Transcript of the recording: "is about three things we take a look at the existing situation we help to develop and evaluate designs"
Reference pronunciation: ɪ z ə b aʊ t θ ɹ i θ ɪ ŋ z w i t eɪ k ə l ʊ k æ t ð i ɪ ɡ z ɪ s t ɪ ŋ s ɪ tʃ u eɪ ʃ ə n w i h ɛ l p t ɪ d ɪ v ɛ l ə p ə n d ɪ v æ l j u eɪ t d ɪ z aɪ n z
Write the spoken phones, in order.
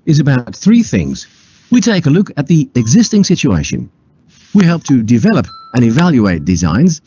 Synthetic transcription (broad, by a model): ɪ z ə b aʊ t θ ɹ i θ ɪ ŋ z w i t eɪ k ə l ʊ k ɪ t ð i ɪ ɡ z ɪ s t ɪ ŋ s ɪ tʃ u eɪ ʃ ə n w i h ɛ l p t ɪ d ɪ v ɛ l ə p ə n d ɪ v æ l j u eɪ t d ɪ z aɪ n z